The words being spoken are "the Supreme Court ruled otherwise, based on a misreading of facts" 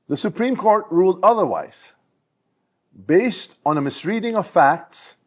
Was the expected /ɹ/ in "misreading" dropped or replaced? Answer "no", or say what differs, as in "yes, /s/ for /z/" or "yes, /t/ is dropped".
no